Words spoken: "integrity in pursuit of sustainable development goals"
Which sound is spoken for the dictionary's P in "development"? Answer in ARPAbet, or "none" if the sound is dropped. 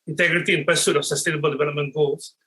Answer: none